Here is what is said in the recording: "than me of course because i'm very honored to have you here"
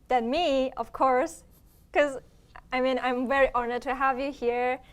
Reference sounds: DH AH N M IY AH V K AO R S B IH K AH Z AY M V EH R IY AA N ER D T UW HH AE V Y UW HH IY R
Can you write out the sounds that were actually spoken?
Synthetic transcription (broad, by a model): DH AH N M IY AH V K AO R S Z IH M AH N AY M V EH R IY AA N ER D T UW HH AE V Y UW HH IY R